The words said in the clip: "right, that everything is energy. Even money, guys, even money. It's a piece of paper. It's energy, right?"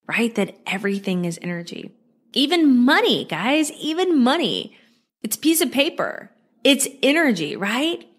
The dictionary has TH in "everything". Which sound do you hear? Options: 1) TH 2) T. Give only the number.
1